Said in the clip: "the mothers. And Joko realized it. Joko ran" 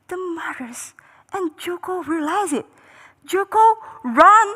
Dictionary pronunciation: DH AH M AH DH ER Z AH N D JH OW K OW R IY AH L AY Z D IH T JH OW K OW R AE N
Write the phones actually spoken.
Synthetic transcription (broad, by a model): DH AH M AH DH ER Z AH N JH OW K OW R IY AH L AY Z IH T JH OW K OW R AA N